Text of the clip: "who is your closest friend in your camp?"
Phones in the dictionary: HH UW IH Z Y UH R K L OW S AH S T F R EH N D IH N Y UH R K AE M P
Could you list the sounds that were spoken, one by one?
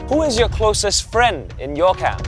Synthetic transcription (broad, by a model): HH UW IH Z Y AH R K L OW S AH S T F R EH N D IH N Y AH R K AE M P